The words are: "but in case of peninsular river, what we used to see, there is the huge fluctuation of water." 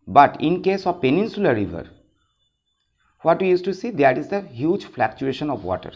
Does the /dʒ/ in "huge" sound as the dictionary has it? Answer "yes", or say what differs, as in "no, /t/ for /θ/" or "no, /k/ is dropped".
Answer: yes